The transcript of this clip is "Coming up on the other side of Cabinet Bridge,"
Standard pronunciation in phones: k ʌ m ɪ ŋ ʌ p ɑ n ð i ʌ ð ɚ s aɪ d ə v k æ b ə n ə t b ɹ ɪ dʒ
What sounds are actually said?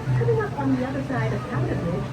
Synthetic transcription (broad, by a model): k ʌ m ɪ ŋ ʌ p n ð i ʌ ð ɚ s aɪ d ə v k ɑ ə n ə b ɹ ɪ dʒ